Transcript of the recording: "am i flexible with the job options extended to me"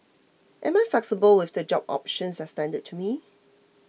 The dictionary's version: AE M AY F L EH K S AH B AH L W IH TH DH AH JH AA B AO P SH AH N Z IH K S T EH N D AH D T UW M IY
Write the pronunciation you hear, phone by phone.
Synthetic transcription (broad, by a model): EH M AY F L EH K S AH B AH L W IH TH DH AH JH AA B AO P SH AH N S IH S T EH N D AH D T UW M IY